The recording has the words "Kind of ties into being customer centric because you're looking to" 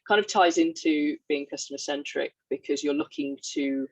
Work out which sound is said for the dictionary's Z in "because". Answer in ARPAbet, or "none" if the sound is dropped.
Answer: Z